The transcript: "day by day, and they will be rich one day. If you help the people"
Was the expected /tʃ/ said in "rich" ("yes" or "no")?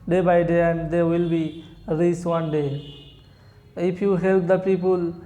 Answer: no